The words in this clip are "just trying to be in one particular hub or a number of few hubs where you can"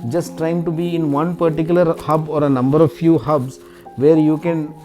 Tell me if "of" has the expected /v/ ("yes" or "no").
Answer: yes